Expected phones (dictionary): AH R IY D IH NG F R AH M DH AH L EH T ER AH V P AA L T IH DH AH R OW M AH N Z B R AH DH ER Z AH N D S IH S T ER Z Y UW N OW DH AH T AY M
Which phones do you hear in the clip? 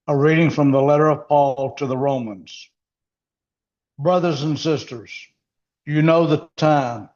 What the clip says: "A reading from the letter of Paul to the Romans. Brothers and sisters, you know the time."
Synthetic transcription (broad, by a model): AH R IY D IH NG F R AH M DH AH L EH T ER AH V P AA L T IH DH AH R OW M AH N Z B R AH DH ER Z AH N S IH S T ER Z Y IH N OW DH AH T AY M